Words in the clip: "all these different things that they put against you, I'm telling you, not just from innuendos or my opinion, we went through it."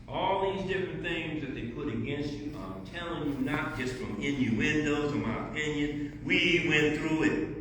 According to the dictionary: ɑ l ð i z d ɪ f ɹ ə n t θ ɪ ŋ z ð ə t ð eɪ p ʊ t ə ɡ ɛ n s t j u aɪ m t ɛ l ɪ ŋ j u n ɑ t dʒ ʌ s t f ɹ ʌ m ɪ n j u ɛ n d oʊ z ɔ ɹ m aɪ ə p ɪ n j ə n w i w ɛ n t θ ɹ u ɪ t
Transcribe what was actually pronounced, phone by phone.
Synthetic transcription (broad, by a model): ɑ l ð i z d ɪ f ɹ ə n θ ɪ ŋ z ð ə t ð eɪ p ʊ t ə ɡ ɛ n s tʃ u aɪ m t ɛ l ɪ ŋ j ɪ n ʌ t dʒ ʌ s t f ɹ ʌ m ɪ n j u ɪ n d oʊ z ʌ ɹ m aɪ ə p ɪ n j ə n w i w ɛ n θ ɹ u ɪ t